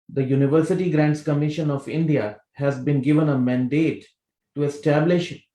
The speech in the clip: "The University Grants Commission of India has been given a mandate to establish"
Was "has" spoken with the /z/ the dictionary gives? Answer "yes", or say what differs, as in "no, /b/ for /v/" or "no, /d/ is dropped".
yes